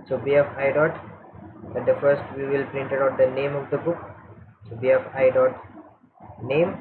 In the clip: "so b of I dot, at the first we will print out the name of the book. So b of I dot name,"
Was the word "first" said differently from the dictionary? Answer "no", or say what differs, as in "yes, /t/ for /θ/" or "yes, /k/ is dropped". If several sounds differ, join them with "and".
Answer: no